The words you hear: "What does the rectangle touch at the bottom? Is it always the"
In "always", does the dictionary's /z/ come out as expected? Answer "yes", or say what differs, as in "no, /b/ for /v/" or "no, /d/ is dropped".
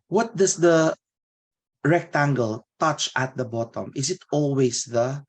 no, /s/ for /z/